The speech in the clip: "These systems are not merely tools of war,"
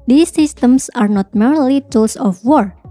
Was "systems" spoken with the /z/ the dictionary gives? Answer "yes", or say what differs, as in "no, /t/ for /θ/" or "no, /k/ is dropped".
no, /s/ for /z/